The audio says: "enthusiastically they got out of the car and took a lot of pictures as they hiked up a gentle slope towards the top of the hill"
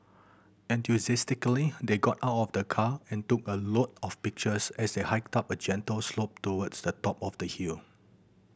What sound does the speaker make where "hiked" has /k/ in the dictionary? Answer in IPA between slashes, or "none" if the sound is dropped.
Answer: /k/